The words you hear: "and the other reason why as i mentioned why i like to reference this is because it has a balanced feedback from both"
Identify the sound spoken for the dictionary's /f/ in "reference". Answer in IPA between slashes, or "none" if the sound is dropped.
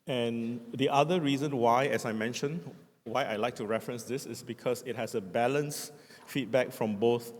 /f/